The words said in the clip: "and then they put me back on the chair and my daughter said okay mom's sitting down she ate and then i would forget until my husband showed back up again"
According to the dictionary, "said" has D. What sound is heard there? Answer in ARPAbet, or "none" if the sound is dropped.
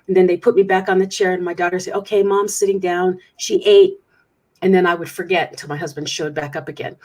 none